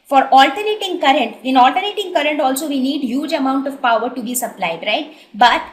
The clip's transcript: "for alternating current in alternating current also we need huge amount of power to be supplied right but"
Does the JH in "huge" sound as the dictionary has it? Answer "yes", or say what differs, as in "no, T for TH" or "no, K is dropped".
yes